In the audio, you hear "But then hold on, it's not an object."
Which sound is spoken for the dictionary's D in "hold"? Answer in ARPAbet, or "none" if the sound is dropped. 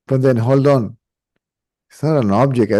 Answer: D